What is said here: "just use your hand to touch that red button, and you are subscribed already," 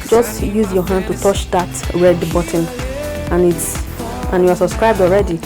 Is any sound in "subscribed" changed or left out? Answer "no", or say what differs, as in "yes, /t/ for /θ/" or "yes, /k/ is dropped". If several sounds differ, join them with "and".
no